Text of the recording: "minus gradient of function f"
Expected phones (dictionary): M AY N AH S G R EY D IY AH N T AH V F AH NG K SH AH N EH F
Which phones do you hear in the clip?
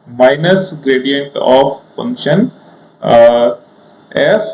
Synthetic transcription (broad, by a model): M AY N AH S G R EY D IY AH N T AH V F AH NG K SH AH N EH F